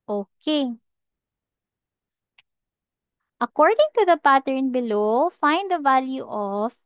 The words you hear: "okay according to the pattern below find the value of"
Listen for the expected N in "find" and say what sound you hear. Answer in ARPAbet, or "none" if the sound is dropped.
N